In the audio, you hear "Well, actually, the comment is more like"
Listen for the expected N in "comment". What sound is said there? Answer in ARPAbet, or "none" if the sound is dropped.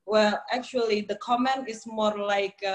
N